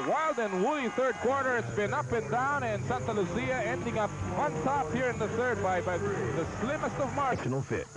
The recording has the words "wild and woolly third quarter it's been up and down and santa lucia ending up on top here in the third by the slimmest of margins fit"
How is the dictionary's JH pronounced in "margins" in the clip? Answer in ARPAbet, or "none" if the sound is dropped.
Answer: SH